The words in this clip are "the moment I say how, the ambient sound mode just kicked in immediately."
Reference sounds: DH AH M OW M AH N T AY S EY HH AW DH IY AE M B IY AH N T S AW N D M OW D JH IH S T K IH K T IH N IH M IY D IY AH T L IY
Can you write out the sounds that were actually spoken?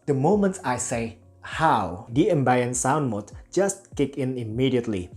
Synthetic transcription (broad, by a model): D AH M OW M AH N T AY S EY HH AW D IY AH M B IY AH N S AW N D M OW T JH IH S T K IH K IH N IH M IY D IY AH T L IY